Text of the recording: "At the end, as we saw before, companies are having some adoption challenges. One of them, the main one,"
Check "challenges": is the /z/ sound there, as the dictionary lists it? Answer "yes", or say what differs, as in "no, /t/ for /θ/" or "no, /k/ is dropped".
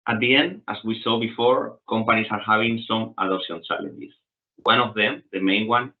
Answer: no, /s/ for /z/